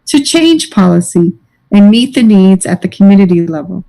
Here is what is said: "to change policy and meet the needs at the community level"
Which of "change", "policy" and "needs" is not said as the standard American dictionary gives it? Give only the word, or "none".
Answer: change